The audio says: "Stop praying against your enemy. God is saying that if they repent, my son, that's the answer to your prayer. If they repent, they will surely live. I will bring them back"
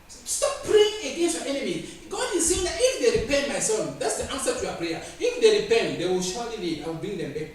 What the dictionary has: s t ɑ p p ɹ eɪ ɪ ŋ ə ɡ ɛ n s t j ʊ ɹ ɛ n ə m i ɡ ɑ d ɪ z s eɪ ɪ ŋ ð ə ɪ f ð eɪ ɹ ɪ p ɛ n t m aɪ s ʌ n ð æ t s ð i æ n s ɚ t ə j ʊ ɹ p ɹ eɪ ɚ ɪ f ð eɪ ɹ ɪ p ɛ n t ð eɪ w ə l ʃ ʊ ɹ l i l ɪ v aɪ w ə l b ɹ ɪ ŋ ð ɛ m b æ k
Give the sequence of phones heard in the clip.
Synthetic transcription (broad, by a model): s t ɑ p p ɹ eɪ ɪ ŋ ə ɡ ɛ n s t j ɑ ɛ n ə m i ɡ ɑ d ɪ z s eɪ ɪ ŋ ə ɪ f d eɪ ɹ ɪ p ɛ n t m aɪ s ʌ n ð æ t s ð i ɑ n s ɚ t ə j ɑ p ɹ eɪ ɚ ɪ f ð eɪ ɹ ɪ p ɛ n t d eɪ w ə l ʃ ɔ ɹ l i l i aɪ w ə l b ɹ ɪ ŋ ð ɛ m b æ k